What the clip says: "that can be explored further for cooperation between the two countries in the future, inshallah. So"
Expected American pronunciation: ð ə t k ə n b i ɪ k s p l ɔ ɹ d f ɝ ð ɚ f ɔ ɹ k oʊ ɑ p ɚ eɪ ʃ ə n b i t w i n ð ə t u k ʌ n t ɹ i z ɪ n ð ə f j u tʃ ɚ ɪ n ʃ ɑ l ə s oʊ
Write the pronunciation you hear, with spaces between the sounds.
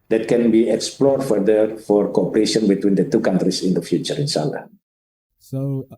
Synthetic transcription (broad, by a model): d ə t k ə n b i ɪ k s p l ɔ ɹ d f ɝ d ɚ f ɔ ɹ k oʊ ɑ p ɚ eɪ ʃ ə n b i t w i n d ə t u k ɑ n t ɹ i s ɪ n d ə f j u tʃ ɚ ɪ n s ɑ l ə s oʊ